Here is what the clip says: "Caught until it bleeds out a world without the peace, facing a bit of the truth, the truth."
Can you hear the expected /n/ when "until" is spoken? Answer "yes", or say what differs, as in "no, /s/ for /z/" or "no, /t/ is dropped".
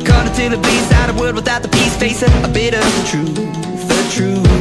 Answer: no, /n/ is dropped